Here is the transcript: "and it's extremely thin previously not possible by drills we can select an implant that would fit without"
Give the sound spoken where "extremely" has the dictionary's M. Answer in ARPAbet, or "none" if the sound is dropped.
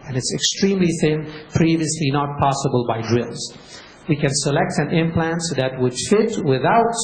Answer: M